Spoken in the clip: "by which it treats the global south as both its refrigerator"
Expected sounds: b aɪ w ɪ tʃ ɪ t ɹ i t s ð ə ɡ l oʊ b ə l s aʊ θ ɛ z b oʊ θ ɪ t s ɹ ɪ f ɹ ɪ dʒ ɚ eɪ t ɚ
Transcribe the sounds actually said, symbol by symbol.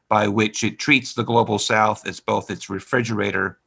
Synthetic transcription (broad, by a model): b aɪ w ɪ tʃ ɪ t ɹ i t s ð ə ɡ l oʊ b l s aʊ θ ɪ z b oʊ θ ɪ t s ɹ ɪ f ɹ ɪ dʒ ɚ eɪ t ɚ